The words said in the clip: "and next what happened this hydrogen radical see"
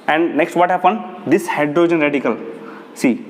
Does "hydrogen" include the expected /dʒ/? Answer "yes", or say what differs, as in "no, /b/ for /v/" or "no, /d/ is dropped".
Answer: yes